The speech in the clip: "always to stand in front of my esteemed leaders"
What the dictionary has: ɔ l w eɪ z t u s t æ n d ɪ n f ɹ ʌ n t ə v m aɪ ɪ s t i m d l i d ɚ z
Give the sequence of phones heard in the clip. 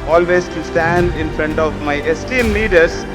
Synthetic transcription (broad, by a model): ɔ l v eɪ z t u s t æ n d ɪ n f ɹ ʌ n t ə v m aɪ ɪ s t i m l i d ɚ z